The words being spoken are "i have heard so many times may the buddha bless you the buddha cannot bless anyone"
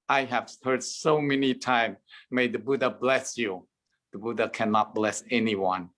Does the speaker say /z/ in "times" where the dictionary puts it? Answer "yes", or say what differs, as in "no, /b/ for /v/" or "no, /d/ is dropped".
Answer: no, /z/ is dropped